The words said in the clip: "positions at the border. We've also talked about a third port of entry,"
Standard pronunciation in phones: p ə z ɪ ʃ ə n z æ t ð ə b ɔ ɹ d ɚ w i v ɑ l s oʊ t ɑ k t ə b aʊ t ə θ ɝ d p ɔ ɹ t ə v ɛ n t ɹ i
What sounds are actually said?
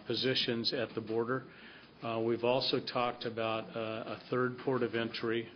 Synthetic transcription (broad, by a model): p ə z ɪ ʃ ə n z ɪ t ð ə b ɔ ɹ d ɚ w i v ɑ l s oʊ t ɑ k t ə b aʊ t ə θ ɝ d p ɔ ɹ t ə v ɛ n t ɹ i